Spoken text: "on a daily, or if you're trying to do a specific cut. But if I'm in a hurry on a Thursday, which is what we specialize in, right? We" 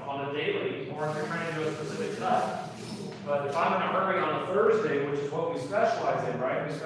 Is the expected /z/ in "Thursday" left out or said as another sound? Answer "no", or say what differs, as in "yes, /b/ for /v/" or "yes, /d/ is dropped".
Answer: no